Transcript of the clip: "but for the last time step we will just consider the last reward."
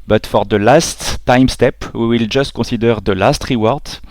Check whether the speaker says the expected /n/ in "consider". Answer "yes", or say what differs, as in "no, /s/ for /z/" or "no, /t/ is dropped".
no, /n/ is dropped